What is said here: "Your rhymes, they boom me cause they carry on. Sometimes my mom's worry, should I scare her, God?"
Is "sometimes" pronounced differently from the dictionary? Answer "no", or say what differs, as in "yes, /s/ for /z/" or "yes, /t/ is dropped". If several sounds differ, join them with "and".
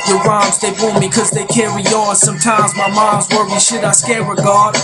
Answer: no